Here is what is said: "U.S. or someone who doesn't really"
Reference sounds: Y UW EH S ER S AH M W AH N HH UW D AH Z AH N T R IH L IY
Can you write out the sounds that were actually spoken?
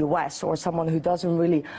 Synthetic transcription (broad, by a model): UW EH S ER S AH M W AH N HH UW D AH Z AH N T R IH L IY